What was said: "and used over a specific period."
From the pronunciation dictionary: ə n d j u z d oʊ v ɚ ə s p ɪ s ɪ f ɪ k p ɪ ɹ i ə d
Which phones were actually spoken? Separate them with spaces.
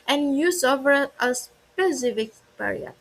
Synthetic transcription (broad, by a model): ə n j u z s oʊ v ɚ ə s p ɪ s ɪ f ɪ k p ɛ ɹ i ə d